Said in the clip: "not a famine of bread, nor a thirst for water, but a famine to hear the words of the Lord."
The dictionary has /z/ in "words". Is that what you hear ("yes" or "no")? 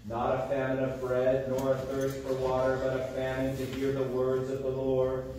yes